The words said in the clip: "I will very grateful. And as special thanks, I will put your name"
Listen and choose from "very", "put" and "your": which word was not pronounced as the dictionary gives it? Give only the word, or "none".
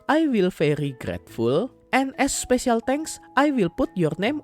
very